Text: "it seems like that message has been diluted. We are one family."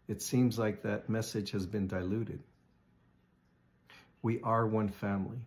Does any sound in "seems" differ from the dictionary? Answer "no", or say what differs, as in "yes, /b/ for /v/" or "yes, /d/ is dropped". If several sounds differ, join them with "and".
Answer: no